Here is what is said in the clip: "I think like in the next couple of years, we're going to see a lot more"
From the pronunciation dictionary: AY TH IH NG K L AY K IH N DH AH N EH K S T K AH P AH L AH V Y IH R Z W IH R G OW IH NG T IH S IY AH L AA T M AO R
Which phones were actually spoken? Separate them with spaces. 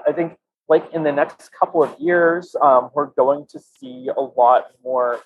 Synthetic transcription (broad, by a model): AY TH IH NG K L AY K IH N DH AH N EH K S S K AH P L AH V Y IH R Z W IH R G OW IH NG T IH S IY AH L AA T M AO R